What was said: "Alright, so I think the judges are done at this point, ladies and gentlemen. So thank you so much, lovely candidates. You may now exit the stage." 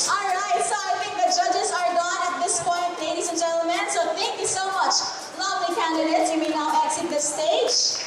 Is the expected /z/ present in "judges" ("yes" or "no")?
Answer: yes